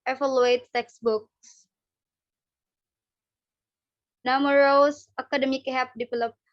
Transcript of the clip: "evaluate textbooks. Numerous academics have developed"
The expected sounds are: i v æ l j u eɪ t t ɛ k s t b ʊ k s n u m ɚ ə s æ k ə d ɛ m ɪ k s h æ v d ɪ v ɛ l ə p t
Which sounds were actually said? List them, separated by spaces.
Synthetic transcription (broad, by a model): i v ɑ l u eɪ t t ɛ k s b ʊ k s n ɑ m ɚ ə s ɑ k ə d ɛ m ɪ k h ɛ p d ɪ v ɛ l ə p